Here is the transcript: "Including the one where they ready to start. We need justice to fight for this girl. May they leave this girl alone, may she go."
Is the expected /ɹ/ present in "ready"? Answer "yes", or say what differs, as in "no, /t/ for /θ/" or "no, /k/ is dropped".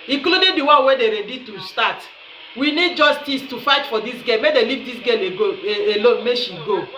yes